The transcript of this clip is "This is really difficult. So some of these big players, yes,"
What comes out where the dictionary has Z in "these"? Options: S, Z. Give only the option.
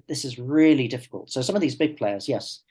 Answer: Z